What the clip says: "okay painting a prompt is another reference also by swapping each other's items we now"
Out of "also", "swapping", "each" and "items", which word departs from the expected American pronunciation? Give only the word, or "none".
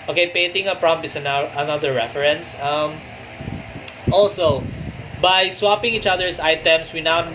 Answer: items